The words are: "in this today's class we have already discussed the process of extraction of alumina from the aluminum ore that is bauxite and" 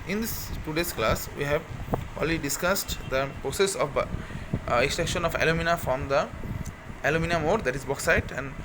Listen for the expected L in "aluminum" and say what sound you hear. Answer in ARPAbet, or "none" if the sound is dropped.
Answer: L